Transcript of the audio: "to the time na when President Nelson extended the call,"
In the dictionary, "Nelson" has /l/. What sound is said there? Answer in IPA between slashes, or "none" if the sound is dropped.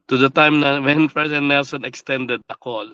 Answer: /l/